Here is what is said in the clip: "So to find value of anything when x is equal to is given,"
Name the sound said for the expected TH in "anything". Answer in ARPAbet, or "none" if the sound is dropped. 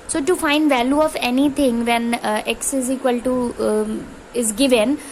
T